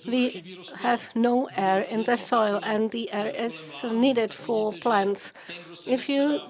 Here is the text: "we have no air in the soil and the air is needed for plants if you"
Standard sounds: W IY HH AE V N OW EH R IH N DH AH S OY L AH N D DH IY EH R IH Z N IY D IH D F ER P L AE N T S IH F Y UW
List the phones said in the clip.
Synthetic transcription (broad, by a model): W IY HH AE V N OW EH R IH N DH AH S OY L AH N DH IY EH R IH Z N IY D IH D F ER P L AE N T S IH F Y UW